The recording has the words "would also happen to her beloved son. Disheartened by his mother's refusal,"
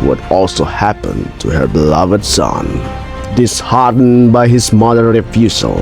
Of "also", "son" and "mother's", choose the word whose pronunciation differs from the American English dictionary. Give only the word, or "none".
mother's